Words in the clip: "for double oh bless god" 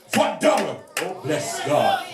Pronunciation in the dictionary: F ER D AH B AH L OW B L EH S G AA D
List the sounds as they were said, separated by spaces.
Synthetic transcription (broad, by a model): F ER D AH AH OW B L EH S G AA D